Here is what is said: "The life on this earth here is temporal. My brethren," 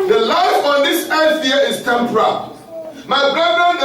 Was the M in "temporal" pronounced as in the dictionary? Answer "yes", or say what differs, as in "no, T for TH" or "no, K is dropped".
yes